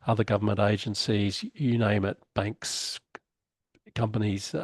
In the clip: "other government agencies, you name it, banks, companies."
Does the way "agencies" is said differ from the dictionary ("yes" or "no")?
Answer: no